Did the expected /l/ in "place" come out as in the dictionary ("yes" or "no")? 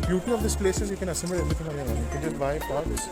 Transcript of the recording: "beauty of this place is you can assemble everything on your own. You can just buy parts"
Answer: yes